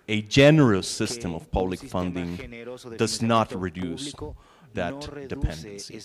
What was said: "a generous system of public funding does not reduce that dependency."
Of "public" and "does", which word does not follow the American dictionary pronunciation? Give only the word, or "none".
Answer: none